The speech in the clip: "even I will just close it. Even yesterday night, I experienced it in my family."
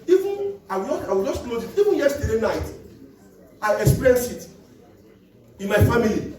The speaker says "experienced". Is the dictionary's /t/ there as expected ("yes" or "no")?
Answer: no